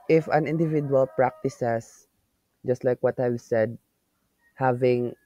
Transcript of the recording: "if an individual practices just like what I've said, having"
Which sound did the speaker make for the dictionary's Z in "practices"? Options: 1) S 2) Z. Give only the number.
1